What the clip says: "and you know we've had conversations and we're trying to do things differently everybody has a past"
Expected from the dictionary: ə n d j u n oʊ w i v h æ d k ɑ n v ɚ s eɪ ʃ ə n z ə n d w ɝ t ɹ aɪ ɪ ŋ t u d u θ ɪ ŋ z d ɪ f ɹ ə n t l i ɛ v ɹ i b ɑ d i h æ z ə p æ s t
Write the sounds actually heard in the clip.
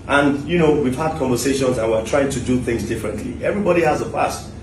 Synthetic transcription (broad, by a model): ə n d j u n oʊ w i v h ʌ d k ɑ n v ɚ s eɪ ʃ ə n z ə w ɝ t ɹ aɪ ɪ ŋ t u d u θ ɪ ŋ z d ɪ f ɹ ə n t l i ɛ v ɹ i b ɑ d i h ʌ z ə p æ s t